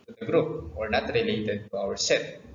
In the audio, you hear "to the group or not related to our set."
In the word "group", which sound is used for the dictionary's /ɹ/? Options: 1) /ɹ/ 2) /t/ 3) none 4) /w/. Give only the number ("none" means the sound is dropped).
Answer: 1